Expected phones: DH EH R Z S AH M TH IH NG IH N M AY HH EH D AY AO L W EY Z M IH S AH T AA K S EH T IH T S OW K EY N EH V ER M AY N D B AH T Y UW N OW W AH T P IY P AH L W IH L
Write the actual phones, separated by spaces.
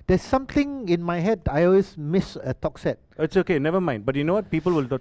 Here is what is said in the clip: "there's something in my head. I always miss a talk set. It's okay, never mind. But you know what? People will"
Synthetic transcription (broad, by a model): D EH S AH M T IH NG IH N M AY HH EH D AY AO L W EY S M IH S AH T AA K S EH T IH T S OW K EY N EH V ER M AY N D B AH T Y UW N OW W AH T P IY P AH L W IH L